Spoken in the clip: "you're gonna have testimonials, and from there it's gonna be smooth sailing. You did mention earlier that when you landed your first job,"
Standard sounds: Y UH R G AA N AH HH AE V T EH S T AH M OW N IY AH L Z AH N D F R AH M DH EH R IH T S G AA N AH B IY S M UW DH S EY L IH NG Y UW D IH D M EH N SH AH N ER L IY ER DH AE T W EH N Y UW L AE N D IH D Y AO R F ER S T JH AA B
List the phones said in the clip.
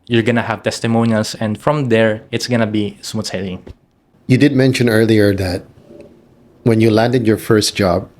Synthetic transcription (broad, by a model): Y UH R G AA N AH HH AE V T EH S T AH M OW N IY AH L S AH N D F R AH M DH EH R IH T S G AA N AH B IY S M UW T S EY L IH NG Y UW D IH D M EH N SH AH N ER L IY ER DH AE T W EH N Y UW L AE N D IH D Y AO R F ER S T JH AA B